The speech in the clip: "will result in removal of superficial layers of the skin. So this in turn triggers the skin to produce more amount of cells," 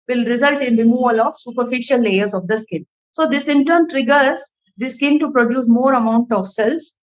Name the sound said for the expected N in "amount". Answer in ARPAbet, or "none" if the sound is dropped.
N